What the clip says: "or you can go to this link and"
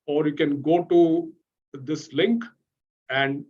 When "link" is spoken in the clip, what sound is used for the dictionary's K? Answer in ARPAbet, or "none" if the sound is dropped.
K